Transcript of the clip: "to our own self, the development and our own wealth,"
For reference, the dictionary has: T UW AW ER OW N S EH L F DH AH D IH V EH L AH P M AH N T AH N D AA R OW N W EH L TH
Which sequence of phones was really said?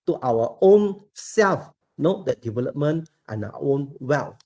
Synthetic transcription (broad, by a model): T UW AW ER OW N S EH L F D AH D IH V EH L AH P M AH N T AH N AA W OW N W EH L